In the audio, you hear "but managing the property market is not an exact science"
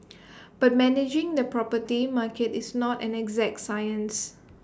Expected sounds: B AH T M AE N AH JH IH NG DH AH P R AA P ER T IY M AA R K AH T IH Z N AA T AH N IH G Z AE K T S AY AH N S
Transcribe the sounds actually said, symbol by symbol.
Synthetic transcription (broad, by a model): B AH T M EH N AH JH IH NG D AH P R AA P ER T IY M AA K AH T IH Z N AA T AH N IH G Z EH K T S AY AH N S